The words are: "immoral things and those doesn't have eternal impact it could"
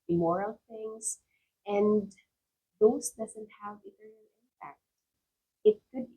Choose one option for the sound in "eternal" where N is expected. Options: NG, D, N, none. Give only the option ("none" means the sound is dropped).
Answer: none